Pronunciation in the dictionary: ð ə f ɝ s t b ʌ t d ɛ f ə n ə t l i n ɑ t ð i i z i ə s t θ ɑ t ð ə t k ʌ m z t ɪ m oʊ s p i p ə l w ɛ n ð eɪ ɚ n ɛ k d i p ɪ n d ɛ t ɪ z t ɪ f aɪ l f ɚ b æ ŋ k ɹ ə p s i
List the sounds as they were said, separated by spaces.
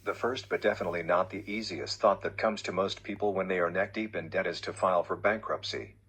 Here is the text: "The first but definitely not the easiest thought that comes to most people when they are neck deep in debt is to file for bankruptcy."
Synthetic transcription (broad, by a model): ð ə f ɝ s t b ʌ t d ɛ f ə n ə t l i n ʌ t ð i i z i ə s t θ ɑ t ð ə t k ʌ m z t ɪ m oʊ s p i p l w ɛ n ð eɪ ɚ n ɛ k d i p ɪ n d ɛ t ɪ z t ɪ f aɪ l f ɚ b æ ŋ k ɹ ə p s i